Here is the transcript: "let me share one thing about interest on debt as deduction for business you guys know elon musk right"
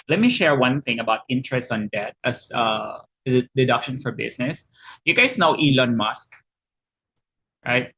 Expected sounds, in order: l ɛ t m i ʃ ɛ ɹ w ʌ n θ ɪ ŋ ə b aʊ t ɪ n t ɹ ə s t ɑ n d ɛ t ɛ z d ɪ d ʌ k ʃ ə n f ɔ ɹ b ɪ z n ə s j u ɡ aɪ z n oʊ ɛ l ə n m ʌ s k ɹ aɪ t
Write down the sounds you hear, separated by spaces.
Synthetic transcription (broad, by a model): l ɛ t m i ʃ ɛ ɹ w ʌ n θ ɪ ŋ ə b aʊ t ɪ n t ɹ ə s t ɑ n d ɛ t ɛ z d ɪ d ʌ k ʃ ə n f ɔ ɹ b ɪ s n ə s j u ɡ aɪ s n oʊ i l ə n m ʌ s k ɹ aɪ t